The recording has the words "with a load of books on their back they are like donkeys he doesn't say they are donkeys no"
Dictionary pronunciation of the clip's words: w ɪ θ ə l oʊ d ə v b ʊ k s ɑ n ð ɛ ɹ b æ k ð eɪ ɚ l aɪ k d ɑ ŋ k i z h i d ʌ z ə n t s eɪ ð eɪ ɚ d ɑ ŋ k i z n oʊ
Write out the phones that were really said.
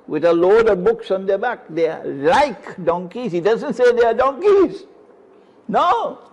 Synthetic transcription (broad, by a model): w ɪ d ə l oʊ d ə b ʊ k s ɑ n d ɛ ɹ b æ k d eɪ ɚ l aɪ k d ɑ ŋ k i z h i d ʌ z ə n t s eɪ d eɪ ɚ d ɑ ŋ k i z n oʊ